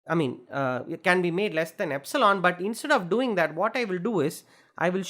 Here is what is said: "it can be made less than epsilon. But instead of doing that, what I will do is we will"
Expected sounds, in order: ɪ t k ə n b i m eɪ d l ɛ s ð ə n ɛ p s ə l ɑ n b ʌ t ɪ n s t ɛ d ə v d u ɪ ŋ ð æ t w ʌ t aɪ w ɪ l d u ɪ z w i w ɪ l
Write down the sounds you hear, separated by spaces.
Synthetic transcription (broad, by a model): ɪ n k ə n b i m eɪ d l ɛ s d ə n ɛ p s ə l ɑ n b ʌ t ɪ n s t ɛ d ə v d u ɪ ŋ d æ t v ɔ t aɪ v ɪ l d u ɪ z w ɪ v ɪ l